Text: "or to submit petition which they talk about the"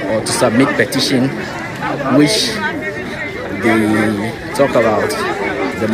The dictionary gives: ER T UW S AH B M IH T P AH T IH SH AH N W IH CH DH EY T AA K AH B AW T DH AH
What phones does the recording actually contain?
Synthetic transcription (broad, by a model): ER T UW S AH B M IH T P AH T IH SH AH N W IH CH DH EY T AA K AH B AW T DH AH